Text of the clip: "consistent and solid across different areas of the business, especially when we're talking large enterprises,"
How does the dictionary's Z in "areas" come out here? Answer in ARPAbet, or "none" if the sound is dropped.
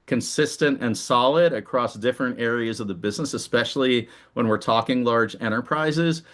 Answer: Z